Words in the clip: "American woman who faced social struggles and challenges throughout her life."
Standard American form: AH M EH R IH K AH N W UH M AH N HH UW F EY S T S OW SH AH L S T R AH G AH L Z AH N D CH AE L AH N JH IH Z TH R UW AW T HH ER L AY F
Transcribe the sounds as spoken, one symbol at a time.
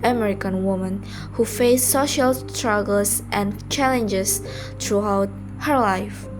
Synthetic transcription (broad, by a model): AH M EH R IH K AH N W UH M AH N HH UW F EY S S OW SH AH L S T R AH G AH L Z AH N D CH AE L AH N JH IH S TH R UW AW T HH ER L AY F